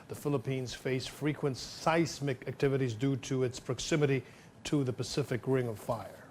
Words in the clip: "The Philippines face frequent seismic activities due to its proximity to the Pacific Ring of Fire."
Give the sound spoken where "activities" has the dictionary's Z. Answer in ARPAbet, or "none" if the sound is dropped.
Z